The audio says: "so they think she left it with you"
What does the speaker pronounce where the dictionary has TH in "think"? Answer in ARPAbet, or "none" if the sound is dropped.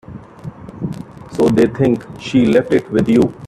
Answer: T